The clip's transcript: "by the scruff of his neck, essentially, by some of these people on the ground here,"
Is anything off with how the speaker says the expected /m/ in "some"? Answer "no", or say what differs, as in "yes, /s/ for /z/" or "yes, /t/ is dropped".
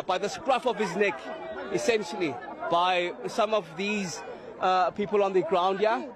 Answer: no